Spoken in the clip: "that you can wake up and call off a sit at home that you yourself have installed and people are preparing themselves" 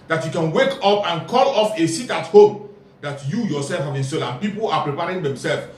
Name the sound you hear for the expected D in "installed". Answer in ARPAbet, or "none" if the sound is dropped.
none